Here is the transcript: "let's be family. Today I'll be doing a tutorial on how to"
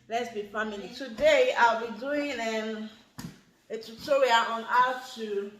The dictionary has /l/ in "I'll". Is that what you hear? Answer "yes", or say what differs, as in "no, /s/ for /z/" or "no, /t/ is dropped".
yes